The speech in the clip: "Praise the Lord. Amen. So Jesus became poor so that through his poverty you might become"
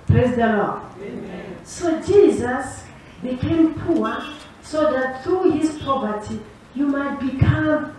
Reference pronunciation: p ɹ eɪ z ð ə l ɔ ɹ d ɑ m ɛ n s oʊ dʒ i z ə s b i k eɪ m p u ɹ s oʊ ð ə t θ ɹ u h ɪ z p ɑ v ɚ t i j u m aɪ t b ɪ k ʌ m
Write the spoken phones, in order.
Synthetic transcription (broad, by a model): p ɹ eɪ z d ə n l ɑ s oʊ dʒ i z ə s b i k eɪ m p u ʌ s oʊ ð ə t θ ɹ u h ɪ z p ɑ p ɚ t i j u m aɪ t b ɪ k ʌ m